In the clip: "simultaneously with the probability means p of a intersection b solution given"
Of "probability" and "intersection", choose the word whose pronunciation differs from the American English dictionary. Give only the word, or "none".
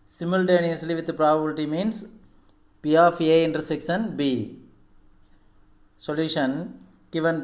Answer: intersection